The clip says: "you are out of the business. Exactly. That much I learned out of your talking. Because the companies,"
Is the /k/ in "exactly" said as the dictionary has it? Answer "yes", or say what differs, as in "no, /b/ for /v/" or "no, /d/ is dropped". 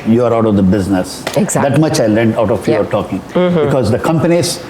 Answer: no, /k/ is dropped